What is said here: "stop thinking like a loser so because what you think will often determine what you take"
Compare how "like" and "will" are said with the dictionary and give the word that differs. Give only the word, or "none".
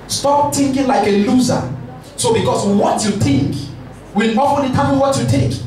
will